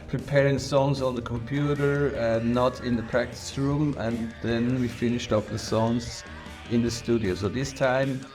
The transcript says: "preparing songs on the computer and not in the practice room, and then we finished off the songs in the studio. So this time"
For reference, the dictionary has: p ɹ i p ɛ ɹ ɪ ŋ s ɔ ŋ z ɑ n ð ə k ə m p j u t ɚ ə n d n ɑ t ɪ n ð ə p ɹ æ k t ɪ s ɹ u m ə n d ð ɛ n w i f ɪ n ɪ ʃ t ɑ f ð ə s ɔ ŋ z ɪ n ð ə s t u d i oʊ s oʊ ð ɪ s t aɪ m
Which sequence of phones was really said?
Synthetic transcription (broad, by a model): p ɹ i p ɛ ɹ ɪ ŋ s ɔ ŋ z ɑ n ð ə k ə m p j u t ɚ ə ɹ n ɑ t ɪ n ð ə p ɹ æ k t ɪ s ɹ u m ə n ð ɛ n w i f ɪ n ɪ ʃ t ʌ p ð ə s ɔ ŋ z ɪ n ð ə s t u d i oʊ s oʊ ð ɪ s t aɪ m